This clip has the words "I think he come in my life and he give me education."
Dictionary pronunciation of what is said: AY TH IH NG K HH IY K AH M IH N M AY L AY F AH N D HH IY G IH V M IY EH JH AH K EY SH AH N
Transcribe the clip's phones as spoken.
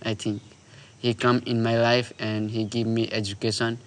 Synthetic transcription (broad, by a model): AY T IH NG K HH IY K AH M IH N M AY L AY F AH N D HH IY G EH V M IY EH JH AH K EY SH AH N